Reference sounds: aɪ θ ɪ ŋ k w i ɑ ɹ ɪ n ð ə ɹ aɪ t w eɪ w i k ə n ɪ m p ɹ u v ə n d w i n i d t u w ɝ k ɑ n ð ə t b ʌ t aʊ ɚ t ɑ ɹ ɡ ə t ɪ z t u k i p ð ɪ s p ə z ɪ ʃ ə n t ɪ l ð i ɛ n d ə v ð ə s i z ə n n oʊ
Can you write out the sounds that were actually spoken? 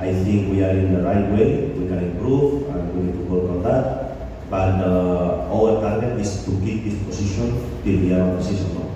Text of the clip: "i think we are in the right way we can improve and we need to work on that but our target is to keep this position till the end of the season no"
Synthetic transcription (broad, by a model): aɪ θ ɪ ŋ k w i ɑ ɹ ɪ n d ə ɹ aɪ t w eɪ w i k ə n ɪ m p ɹ u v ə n w i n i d t u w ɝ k ɑ n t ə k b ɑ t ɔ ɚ t ɑ ɹ ɡ ə t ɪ s t u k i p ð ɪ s p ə s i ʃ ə n t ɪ l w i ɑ d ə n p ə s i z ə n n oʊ